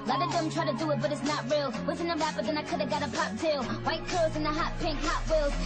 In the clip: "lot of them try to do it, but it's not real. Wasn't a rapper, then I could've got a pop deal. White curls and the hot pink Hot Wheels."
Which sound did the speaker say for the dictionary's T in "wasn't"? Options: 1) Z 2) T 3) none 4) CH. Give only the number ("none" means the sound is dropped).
3